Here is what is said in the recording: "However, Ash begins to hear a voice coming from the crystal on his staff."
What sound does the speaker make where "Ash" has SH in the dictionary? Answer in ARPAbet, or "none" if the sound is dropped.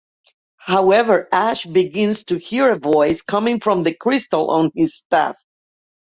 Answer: SH